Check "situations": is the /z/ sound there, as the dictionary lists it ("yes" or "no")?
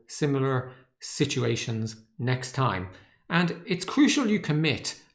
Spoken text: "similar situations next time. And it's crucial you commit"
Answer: yes